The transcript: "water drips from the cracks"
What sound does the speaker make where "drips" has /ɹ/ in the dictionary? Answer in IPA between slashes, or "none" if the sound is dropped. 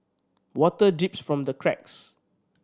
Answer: none